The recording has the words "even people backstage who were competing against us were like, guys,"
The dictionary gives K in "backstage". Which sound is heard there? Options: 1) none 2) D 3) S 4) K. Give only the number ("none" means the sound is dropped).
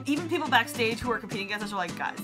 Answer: 4